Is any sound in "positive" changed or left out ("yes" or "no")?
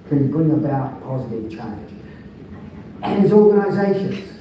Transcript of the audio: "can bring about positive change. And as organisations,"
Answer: no